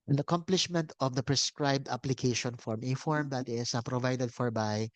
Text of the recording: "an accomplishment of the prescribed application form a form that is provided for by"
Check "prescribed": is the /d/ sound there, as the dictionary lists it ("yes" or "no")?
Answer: yes